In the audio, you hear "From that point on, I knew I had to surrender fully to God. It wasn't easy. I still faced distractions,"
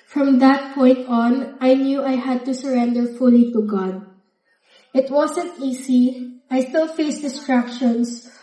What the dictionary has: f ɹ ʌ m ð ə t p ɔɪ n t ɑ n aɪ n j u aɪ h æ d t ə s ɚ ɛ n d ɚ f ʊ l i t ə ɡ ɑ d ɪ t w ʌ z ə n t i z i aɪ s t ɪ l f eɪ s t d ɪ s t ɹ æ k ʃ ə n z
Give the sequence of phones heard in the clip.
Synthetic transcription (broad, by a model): f ɹ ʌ m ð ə t p ɔɪ n t ɑ n aɪ n j u aɪ h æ d t ə s ɚ ɛ n d ɚ f ʊ l i t ə ɡ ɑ d ɪ t w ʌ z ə n t i s i aɪ s t ɪ l f eɪ s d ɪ s t ɹ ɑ k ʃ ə n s